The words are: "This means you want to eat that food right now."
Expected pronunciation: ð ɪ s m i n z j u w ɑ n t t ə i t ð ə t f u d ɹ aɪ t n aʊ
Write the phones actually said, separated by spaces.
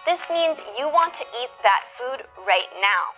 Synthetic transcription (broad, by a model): ð ɪ s m i n z j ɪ w ɑ n t t i t ð ə t f u d ɹ aɪ t n aʊ